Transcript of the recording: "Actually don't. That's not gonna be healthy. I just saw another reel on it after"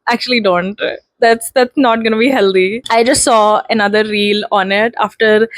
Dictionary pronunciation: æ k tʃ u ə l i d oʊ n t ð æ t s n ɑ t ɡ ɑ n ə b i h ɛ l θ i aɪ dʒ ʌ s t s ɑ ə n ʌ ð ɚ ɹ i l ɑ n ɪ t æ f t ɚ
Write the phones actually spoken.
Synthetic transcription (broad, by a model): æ k tʃ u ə l i d oʊ n t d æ t s n ɑ t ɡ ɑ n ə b i h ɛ l t i aɪ dʒ ʌ s t s ɑ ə n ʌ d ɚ ɹ i l ɑ n ɪ t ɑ f t ɚ